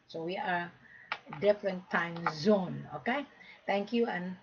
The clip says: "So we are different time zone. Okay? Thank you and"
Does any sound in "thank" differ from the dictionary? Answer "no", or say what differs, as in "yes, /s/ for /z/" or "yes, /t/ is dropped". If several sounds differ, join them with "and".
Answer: yes, /t/ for /θ/